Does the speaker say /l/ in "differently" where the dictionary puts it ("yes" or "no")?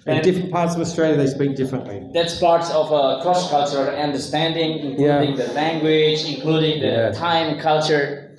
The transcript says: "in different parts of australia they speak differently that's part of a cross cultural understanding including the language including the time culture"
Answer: yes